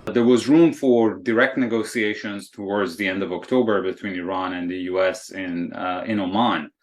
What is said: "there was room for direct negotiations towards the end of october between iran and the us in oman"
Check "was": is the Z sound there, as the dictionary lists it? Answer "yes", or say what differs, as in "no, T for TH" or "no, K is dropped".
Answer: yes